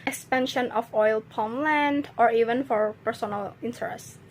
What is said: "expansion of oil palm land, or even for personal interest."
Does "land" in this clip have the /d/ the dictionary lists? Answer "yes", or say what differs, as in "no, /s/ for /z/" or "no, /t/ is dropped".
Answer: yes